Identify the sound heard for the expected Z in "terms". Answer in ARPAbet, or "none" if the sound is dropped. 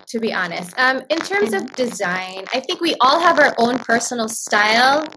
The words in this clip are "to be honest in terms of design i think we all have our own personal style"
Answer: Z